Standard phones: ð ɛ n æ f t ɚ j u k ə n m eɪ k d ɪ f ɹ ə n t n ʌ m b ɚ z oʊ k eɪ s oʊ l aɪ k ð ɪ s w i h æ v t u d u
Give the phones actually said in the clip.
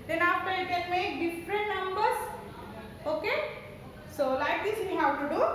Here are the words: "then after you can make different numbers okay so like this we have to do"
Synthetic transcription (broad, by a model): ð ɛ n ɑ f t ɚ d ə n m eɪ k d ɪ f ɹ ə n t n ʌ m b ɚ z oʊ k eɪ s oʊ l aɪ k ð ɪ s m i h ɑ w t u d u